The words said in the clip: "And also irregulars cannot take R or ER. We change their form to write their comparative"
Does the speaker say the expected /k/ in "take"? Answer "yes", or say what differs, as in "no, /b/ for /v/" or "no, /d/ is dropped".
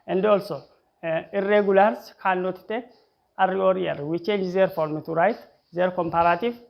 no, /k/ is dropped